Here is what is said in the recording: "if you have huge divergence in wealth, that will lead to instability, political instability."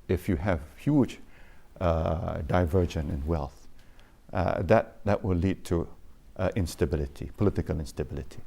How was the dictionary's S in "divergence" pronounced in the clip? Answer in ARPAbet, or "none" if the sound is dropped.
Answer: none